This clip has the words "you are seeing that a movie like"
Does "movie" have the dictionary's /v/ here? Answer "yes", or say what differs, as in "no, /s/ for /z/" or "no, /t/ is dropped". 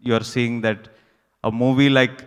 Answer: yes